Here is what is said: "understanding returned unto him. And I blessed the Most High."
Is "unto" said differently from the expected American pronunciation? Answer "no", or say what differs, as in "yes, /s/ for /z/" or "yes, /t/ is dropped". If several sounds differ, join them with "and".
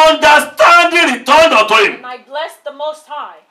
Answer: yes, /n/ is dropped